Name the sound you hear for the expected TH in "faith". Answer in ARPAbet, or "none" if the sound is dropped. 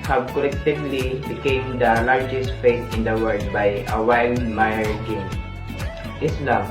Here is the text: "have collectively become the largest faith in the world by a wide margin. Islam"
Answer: T